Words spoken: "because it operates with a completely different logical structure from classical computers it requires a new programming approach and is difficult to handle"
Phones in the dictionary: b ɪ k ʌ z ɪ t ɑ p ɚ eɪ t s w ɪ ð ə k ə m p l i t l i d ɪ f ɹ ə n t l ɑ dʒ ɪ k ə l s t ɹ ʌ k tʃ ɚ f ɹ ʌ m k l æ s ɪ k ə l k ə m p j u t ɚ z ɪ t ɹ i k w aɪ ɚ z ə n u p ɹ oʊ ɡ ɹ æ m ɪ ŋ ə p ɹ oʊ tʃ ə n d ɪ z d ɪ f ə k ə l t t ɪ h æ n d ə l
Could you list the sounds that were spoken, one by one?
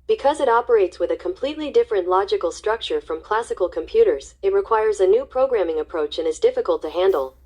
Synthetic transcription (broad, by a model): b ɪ k ʌ z ɪ t ɑ p ɚ eɪ t s w ɪ ð ə k ə m p l i t l i d ɪ f ɹ ə n t l ɑ dʒ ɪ k l s t ɹ ʌ k tʃ ɚ f ɹ ʌ m k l æ s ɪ k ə l k ə m p j u t ɚ z ɪ t ɹ i k w aɪ ɚ z ə n u p ɹ oʊ ɡ ɹ æ m ɪ ŋ ə p ɹ oʊ tʃ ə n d ɪ z d ɪ f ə k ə l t t ɪ h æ n d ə l